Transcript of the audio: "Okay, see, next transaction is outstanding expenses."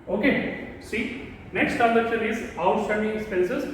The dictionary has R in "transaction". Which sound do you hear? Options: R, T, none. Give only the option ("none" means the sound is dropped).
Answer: none